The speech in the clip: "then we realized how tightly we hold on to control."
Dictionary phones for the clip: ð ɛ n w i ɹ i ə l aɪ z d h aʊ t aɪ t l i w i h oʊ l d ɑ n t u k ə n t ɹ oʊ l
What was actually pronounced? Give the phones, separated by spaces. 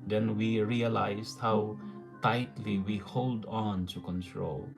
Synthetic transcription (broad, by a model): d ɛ n w i ɹ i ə l aɪ s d h aʊ t aɪ t l i w i h oʊ l d ɑ n t u k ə n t ɹ oʊ l